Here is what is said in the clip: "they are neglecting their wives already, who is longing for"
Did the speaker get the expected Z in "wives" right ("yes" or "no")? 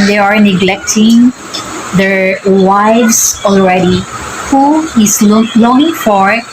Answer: no